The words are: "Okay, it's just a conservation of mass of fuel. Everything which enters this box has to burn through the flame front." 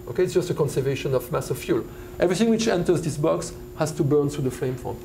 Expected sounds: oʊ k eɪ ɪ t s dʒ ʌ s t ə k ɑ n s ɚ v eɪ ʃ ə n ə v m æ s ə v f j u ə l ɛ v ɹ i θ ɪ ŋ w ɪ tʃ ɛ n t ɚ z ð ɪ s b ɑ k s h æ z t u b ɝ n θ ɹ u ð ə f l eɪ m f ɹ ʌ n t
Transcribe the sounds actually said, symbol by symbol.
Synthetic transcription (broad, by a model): oʊ k eɪ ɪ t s dʒ ʌ s t ə k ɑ n s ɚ v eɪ ʃ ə n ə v m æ s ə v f j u l ɛ v ɹ i θ ɪ ŋ w ɪ tʃ ɛ n t ɚ z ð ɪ s b ɑ k s h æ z t u b ɝ n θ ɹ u ð ə f l eɪ m f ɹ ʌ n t